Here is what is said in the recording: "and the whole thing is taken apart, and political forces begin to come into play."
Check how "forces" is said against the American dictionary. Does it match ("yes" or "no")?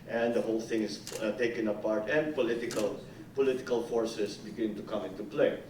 no